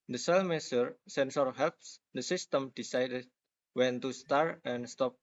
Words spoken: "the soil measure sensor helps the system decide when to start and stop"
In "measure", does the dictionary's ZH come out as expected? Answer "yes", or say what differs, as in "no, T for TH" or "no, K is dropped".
no, S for ZH